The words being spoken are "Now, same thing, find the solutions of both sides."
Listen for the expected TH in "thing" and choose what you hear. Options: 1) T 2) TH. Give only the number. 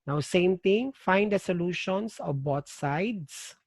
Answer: 1